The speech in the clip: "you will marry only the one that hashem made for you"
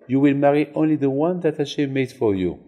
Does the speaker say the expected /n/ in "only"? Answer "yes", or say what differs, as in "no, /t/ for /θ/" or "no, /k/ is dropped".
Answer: yes